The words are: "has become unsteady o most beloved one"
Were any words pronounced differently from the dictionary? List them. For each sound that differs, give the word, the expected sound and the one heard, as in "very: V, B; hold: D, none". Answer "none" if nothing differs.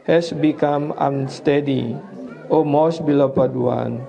beloved: V, P